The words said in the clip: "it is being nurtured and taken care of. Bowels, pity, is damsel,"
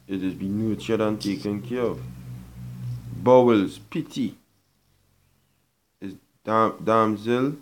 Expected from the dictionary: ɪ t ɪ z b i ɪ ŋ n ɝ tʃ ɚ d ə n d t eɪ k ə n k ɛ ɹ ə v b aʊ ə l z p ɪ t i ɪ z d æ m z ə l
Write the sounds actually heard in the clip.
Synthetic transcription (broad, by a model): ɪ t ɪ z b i n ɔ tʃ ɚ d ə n t eɪ k ə n k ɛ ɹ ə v b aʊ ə l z p ɪ t i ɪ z d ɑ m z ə l